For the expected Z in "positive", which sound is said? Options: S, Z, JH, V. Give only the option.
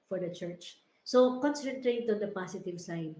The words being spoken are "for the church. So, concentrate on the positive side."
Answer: S